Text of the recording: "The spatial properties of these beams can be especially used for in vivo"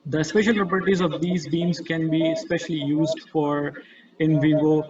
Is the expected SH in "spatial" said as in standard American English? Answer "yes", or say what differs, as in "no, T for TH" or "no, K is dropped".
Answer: yes